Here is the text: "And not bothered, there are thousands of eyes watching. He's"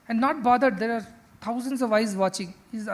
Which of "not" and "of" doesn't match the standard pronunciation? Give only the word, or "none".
none